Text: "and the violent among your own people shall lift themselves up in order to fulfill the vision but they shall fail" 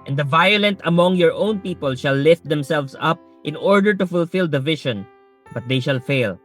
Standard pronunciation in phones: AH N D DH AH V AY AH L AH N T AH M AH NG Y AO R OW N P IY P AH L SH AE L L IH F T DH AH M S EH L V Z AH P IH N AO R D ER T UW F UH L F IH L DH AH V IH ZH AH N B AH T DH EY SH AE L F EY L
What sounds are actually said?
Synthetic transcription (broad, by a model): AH N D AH V AY AH L AH N T AH M AH NG Y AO R OW N P IY P AH L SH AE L L IH F T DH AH M S EH L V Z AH P IH N AO R D ER T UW F UH L F IH L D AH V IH SH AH N B AH T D EY SH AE L F EY L